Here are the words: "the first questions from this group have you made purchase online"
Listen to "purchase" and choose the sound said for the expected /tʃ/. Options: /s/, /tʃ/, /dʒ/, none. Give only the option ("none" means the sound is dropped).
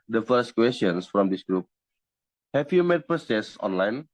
/s/